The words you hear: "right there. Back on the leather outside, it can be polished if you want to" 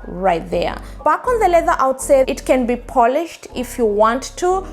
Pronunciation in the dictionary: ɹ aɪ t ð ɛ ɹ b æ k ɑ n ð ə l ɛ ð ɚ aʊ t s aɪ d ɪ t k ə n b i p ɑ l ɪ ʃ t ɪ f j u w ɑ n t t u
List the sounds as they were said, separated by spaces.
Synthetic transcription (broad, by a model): ɹ aɪ t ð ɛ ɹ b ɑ k ɑ n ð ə l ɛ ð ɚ aʊ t s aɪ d ɪ t k ə n b i p ɑ l ɪ ʃ t ɪ f j u w ɑ n t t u